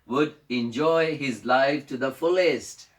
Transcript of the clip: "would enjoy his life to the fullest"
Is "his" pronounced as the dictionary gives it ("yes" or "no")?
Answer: yes